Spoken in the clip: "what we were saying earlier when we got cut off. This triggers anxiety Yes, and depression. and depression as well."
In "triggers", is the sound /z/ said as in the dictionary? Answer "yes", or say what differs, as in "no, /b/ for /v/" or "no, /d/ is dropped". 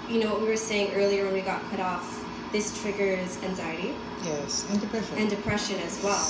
yes